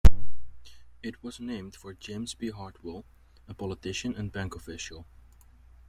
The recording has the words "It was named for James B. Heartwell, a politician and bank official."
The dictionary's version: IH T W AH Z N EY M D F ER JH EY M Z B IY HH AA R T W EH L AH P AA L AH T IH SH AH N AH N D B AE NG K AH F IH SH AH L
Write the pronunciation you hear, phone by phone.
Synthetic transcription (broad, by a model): IH T W AH Z N EY M D F ER JH EY M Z B IY HH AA R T W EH L AH P AA L AH T IH SH AH N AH N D B AE NG K AH F IH SH AH L